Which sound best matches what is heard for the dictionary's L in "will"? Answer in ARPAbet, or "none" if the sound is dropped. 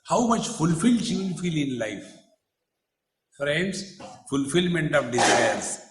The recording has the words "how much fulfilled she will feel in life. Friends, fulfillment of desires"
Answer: N